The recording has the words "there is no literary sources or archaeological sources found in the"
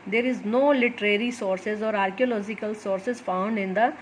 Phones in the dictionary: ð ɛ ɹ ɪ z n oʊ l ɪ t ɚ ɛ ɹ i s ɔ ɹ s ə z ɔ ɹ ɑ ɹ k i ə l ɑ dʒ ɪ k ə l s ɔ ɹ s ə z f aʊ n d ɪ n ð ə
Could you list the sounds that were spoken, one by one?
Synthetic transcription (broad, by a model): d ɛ ɹ ɪ z n oʊ l ɪ t ɚ ɛ ɹ i s ɔ ɹ s ə z ɔ ɹ ɑ ɹ k i ə l ɑ dʒ ɪ k ə l s ɔ ɹ s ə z f aʊ n d ɪ n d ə